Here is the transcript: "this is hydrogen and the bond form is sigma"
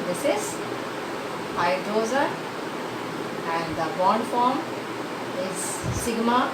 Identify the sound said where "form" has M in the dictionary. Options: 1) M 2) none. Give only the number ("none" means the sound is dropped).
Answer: 1